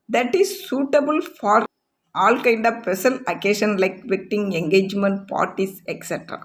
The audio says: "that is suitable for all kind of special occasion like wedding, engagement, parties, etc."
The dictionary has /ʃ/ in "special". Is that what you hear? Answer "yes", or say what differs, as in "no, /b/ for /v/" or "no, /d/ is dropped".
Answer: no, /s/ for /ʃ/